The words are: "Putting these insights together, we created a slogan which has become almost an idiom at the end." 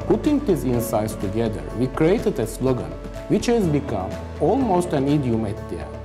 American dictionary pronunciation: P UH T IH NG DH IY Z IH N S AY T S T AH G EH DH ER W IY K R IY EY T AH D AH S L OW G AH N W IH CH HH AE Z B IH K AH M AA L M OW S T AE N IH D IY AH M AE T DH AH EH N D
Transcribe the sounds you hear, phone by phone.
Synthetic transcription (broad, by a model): P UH T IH NG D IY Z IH N S AY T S T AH G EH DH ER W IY K R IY EY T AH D AH S L OW G AH N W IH CH HH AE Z B IH K AH M AA L M OW S T AE N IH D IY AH M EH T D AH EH